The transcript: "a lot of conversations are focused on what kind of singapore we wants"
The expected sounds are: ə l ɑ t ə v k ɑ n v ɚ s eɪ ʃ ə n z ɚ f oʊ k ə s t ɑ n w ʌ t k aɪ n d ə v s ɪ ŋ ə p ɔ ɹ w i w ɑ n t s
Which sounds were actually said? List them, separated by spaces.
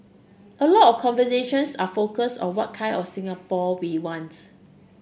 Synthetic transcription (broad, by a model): ə l ɑ t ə f k ɑ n v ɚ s eɪ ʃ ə n s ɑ f oʊ k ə s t ɑ n w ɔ t k aɪ n d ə f s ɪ ŋ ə p ɔ w i w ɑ n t